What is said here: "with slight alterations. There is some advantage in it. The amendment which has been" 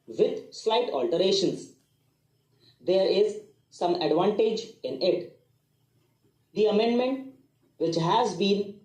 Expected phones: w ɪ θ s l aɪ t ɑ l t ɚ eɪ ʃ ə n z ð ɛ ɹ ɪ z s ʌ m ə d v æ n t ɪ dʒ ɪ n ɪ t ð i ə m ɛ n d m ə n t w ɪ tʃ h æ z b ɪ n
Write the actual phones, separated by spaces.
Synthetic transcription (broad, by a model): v ɪ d s l aɪ t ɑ l t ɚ eɪ ʃ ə n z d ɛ ɹ ɪ z s ʌ m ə d v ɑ n t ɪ dʒ ɪ n ɪ t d i ə m ɛ n d m ə n t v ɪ tʃ h æ z b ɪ n